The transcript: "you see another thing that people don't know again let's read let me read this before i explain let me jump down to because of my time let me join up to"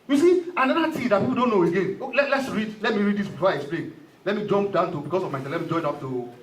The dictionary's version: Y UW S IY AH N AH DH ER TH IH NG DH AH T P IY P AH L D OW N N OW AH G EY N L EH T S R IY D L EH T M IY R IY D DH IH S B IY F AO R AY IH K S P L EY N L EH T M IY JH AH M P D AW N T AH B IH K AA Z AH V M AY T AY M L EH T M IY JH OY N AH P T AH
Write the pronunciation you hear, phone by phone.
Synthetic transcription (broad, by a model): Y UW S IY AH N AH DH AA T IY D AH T P IY P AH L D OW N N OW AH G EY N L EH T S R IY D L EH T M IY R IY D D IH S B IY F AO AY IH K S P L EY N L EH T M IY JH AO M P D AW N T AH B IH K AA S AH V M AY S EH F L EH T M IY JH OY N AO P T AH